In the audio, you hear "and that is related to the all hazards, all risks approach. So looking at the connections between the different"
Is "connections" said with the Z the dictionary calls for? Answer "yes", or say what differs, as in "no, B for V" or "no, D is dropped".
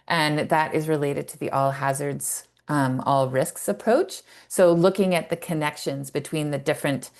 yes